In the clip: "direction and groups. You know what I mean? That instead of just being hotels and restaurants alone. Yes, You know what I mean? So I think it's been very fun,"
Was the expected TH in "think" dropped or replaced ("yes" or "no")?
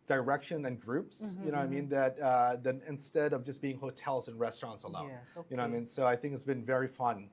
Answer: no